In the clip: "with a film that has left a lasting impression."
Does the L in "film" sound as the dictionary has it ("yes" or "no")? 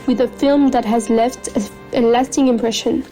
yes